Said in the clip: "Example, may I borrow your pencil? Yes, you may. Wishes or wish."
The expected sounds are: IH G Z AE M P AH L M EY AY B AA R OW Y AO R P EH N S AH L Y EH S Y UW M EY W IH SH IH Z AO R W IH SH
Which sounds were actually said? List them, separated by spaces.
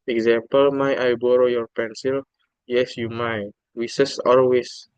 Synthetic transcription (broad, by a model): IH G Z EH M P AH L M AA AY B AA R OW Y AO R P EH N S AH L Y EH S Y UW M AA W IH S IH S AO L W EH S